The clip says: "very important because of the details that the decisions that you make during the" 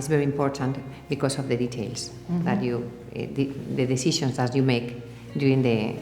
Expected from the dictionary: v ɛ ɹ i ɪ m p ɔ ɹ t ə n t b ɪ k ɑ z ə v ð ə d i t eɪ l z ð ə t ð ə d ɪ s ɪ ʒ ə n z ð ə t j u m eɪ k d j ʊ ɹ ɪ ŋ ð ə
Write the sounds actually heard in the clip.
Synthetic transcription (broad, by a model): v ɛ ɹ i ɪ m p ɔ ɹ t ə n t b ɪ k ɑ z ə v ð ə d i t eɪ l s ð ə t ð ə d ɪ s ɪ ʃ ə n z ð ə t j u m eɪ k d j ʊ ɹ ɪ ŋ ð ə